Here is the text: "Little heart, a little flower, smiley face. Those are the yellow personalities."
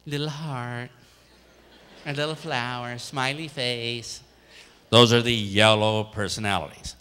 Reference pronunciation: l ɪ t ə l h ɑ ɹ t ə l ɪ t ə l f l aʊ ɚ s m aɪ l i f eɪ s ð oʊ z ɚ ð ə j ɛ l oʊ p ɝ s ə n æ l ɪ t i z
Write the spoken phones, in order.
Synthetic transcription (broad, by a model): l ɪ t l h ɑ ɹ t ə l ɪ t l f l aʊ ɚ s m aɪ l i f eɪ s ð oʊ z ɚ ð ə j ɛ l oʊ p ɝ s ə n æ l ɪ t i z